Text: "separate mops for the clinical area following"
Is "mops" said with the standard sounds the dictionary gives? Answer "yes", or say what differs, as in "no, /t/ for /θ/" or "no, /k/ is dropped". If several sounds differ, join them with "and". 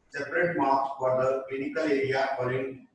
no, /p/ is dropped